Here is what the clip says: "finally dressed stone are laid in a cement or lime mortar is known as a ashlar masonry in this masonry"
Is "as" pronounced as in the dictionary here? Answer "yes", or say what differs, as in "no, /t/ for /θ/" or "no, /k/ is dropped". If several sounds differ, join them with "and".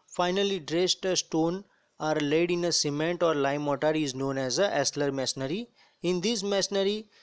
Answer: yes